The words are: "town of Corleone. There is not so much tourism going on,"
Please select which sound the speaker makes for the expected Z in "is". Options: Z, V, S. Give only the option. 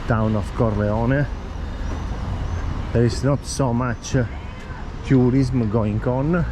S